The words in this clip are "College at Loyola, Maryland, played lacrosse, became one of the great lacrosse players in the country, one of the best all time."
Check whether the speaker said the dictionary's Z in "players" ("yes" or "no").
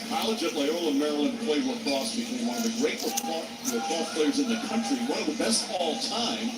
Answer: yes